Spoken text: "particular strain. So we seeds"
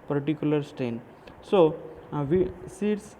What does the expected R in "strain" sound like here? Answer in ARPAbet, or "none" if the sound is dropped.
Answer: none